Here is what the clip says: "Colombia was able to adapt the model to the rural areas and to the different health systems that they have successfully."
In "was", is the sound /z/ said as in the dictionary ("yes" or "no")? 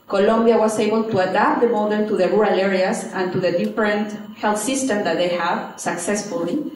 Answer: no